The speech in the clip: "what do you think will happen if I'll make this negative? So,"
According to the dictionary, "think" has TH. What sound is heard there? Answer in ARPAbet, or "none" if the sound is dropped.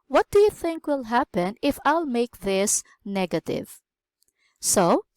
TH